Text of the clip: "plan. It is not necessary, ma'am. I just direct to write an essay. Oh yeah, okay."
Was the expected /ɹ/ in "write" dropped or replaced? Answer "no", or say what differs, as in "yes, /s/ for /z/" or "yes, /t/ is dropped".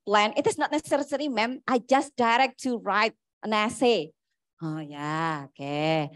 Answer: no